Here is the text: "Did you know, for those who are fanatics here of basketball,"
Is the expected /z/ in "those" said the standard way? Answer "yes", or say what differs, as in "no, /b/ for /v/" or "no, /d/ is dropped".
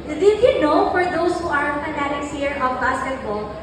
no, /s/ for /z/